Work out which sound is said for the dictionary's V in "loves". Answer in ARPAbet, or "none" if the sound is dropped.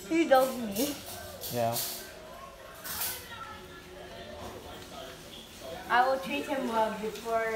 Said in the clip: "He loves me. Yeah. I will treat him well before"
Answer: none